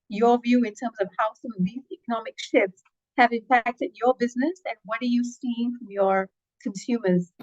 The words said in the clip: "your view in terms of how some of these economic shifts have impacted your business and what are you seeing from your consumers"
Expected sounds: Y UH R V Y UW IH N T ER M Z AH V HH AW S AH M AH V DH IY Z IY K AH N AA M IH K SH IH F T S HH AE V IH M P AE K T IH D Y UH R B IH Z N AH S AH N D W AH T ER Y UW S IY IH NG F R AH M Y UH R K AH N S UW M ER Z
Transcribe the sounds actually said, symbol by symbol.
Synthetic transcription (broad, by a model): Y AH R V Y UW IH N T ER M Z AH V HH AW S AH M AH V DH IY Z IY K AH N AA M IH K SH IH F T S HH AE V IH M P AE K T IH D Y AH R B IH Z N AH S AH N W AH T ER Y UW S IY IH NG F R AH M Y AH R K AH N S UW M ER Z